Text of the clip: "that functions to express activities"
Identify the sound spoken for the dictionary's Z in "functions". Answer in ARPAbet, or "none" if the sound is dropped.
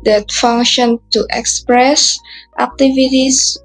none